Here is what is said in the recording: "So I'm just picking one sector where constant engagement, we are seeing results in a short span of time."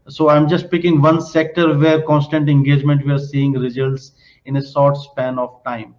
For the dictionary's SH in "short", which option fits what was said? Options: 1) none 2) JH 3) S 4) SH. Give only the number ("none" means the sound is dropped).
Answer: 3